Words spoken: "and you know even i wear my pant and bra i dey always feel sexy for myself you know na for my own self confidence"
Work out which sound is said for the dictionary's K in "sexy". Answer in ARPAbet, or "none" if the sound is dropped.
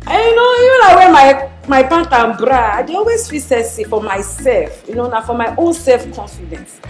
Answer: none